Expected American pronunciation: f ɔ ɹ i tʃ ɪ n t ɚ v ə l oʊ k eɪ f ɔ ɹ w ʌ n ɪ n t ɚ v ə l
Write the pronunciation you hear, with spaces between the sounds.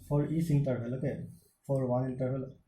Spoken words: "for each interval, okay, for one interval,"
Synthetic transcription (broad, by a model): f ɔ ɹ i s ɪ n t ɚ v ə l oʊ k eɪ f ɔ ɹ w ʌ ɪ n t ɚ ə l